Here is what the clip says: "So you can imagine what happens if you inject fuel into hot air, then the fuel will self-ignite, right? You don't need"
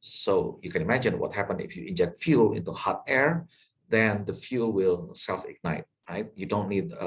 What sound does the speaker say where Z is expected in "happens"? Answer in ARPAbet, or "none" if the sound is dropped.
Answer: none